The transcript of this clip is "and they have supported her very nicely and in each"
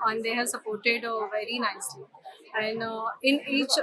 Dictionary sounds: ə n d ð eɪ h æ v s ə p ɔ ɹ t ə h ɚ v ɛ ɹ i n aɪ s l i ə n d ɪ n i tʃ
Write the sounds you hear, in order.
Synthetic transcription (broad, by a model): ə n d eɪ h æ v s ə p ɔ ɹ t ə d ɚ v ɛ ɹ i n aɪ s l i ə n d ɪ n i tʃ